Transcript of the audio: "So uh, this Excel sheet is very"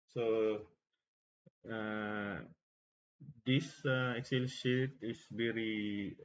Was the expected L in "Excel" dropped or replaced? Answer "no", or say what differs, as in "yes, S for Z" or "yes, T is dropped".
no